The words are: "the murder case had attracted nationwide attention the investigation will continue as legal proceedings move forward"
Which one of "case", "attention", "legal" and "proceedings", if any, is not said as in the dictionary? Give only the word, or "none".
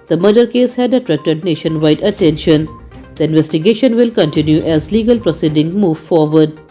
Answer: proceedings